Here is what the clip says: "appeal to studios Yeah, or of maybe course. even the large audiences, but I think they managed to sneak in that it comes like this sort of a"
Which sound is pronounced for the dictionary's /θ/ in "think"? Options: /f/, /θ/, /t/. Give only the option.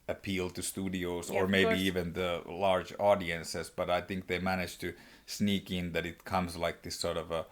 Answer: /θ/